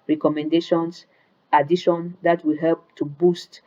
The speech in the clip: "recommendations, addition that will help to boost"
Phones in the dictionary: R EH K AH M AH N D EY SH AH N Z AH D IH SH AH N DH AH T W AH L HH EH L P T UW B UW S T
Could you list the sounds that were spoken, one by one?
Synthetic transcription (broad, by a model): R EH K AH M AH N D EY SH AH N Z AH D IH SH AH N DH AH T W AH HH EH L P T UW B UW S T